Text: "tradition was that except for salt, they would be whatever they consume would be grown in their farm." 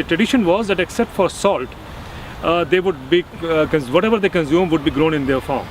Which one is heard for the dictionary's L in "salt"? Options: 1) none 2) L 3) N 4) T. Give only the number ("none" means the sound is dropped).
2